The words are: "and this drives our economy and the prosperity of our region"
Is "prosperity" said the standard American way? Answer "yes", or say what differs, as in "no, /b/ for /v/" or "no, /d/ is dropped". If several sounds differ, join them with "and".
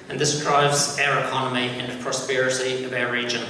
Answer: no, /s/ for /t/